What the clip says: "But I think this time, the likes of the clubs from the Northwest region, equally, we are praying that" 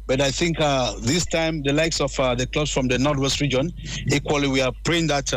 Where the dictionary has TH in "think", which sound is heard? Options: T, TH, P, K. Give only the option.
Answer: TH